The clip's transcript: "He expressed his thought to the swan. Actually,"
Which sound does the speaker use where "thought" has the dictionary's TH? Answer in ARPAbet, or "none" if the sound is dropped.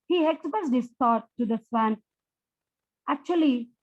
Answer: T